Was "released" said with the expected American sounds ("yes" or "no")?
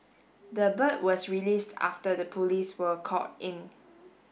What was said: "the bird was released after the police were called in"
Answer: yes